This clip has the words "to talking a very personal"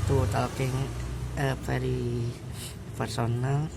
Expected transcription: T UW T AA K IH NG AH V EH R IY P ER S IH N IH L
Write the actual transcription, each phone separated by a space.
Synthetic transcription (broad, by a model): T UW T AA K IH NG AH P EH R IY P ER S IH N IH L